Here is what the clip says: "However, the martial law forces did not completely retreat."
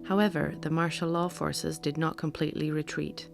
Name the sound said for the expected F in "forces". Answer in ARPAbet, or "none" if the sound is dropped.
F